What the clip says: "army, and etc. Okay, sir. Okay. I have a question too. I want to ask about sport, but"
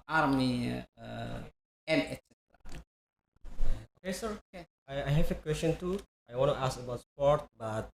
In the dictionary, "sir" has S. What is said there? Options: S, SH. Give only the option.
S